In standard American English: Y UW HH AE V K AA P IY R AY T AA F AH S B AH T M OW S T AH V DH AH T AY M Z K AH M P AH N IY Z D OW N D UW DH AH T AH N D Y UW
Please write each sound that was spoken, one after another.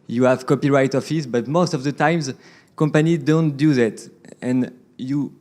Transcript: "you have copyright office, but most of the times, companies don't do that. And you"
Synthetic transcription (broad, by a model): Y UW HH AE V K AA P IY R AY T AA F AH S B AH T M OW S T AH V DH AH T AY M Z K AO M P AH N IY D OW N D UW DH AH T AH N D Y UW